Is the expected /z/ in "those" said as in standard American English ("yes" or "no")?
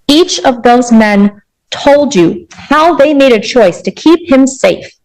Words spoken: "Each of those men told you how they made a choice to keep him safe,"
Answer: yes